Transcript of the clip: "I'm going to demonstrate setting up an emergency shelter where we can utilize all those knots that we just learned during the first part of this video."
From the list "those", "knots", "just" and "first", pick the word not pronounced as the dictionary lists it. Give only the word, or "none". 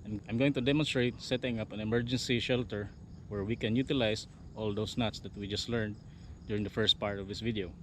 those